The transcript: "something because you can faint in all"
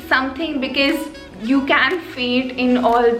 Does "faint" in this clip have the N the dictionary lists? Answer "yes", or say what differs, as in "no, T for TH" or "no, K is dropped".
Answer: no, N is dropped